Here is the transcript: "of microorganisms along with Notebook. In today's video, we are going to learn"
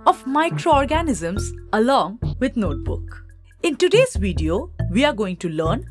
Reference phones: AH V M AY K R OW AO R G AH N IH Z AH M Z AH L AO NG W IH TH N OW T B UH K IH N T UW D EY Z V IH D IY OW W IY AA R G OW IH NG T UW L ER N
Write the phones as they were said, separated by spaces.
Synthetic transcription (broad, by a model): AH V M AY K R OW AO R G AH N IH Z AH M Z AH L AO NG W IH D N OW T B UH K IH N T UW D EY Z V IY D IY OW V IY AA R G OW IH NG T UW L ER N